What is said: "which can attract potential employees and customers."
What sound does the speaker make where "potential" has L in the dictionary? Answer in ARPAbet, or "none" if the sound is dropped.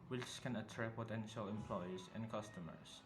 L